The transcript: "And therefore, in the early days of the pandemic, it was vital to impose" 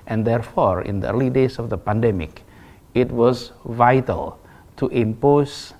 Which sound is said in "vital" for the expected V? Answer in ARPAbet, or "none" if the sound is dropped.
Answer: V